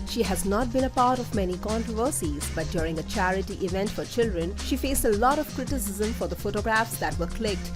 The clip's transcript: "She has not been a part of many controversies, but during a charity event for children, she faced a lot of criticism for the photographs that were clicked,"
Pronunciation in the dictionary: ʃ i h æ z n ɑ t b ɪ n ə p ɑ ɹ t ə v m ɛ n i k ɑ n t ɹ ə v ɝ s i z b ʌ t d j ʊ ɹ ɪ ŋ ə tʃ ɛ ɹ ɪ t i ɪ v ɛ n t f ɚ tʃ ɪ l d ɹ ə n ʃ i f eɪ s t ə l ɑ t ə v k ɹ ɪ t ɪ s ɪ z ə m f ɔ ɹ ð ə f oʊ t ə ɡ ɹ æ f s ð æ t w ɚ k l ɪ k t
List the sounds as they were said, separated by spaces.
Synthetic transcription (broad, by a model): ʃ i h æ z n ɑ t b ɪ n ə p ɑ ɹ t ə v m ɛ n i k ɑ n t ɹ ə v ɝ s i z b ʌ t d j ʊ ɹ ɪ ŋ ə tʃ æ ɹ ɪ t i ɪ v ɛ n t f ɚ tʃ ɪ l d ɹ ə n ʃ i f eɪ s t ə l ɑ t ə v k ɹ ɪ t ɪ s ɪ z ə m f ɔ ɹ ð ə f oʊ t ə ɡ ɹ æ f s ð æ t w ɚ k l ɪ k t